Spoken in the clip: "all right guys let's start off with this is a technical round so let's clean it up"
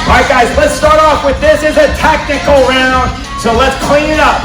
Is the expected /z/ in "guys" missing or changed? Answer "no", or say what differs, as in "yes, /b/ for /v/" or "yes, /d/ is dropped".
no